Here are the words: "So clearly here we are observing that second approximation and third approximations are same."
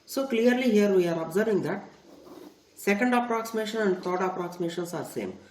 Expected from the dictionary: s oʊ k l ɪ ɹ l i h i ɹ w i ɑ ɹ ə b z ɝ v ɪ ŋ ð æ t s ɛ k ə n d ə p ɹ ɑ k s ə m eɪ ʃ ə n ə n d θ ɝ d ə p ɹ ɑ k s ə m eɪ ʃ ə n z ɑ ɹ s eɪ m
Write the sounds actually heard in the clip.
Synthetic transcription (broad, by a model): s oʊ k l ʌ ɹ l i h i ɹ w i ɑ ɹ ə b z ɝ v ɪ ŋ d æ t s ɛ k ə n d ə p ɹ ɑ k s ə m eɪ ʃ ə n ə n d t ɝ d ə p ɹ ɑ k s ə m eɪ ʃ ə n s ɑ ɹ s eɪ m